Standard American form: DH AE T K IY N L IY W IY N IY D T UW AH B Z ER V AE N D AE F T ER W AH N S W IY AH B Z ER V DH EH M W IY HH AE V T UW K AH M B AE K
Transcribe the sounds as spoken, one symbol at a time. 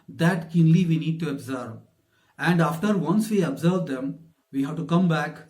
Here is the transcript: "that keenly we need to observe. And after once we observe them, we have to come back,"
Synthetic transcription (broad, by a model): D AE T K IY N L IY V IY N IY D T UW AH B Z ER V AE N D AE F T ER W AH N S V IY AH B Z ER V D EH M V IY HH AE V T UW K AH M B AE K